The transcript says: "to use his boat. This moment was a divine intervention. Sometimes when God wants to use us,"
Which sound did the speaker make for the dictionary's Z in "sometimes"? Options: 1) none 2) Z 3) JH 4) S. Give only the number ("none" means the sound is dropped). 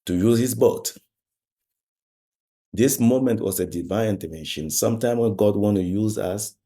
1